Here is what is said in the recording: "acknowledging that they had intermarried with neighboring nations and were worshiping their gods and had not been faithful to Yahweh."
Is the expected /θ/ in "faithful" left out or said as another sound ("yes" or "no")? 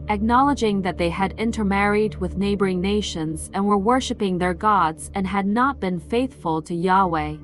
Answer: no